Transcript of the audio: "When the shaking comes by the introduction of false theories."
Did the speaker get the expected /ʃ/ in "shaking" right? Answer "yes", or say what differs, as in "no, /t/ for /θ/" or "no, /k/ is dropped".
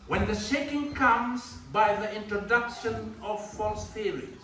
yes